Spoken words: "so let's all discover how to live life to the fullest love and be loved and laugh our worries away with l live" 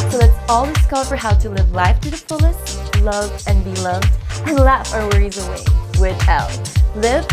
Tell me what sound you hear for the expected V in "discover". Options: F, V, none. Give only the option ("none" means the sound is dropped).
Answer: F